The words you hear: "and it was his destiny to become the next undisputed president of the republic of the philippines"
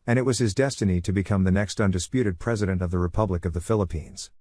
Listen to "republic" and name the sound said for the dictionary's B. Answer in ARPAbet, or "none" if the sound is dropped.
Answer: B